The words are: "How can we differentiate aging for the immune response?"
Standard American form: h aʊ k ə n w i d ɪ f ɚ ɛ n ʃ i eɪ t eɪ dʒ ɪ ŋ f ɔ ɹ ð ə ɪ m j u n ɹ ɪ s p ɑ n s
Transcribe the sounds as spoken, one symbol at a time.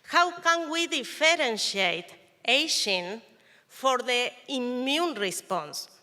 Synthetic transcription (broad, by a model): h aʊ k ə n w i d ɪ f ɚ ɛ n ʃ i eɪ t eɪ ʃ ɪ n f ɔ ɹ ð ə ɪ m j u n ɹ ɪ s p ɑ n s